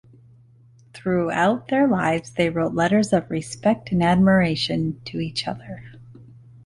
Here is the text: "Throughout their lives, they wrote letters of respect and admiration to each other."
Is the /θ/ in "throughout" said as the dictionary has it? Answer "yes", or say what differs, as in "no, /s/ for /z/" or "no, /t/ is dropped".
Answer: yes